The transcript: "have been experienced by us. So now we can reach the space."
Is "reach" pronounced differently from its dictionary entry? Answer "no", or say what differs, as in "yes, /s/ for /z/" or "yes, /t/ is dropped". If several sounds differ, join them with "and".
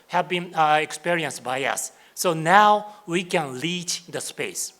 yes, /l/ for /ɹ/